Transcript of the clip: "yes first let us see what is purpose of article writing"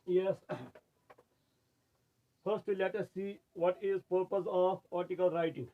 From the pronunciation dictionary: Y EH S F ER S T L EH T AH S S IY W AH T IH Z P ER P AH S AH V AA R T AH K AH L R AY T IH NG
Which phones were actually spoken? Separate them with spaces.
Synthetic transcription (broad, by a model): Y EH S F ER S T L EH T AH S S IY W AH T IH Z P ER P AH S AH P AA R T AH K AH L R AY T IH NG